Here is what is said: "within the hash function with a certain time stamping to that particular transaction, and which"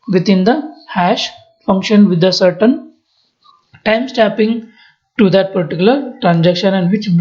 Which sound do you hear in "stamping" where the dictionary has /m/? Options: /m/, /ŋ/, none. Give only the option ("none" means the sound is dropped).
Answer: none